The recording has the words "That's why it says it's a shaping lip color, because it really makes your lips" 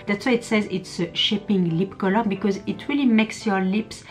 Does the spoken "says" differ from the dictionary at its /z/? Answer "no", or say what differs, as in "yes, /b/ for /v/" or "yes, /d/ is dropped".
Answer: no